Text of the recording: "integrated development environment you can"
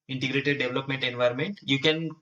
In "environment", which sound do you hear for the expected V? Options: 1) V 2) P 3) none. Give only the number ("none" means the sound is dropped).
1